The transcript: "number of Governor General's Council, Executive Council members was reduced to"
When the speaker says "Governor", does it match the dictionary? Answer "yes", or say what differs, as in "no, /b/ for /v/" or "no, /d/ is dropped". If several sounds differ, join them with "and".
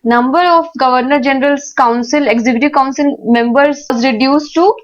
yes